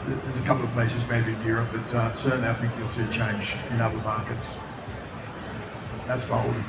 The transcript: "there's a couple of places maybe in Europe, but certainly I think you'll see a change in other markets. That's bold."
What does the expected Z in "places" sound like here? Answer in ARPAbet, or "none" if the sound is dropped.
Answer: Z